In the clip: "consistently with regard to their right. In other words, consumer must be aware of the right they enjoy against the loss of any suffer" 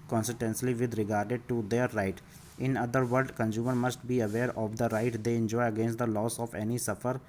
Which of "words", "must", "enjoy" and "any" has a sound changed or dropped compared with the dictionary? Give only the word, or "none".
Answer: words